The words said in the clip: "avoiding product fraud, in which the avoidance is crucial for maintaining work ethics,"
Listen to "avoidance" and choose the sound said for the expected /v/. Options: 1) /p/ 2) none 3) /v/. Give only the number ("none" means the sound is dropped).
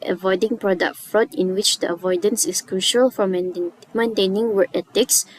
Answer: 3